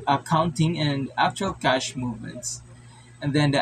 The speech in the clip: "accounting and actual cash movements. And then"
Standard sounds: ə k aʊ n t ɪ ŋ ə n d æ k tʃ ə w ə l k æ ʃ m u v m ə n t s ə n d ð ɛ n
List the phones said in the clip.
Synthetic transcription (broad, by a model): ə k aʊ n t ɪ ŋ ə n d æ k tʃ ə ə l k æ ʃ m u v m ə n t s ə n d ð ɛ n